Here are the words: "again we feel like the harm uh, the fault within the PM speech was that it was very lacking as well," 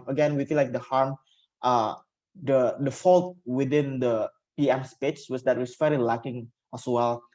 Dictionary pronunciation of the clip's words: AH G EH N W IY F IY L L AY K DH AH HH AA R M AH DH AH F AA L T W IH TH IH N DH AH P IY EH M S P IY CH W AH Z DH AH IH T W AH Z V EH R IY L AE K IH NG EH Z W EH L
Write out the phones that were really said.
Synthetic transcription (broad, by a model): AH G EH N W IY F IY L L AY K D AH HH AA R M AH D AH F AA L T W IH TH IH N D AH P IY EH M S P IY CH W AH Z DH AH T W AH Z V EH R IY L AE K IH NG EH S W EH L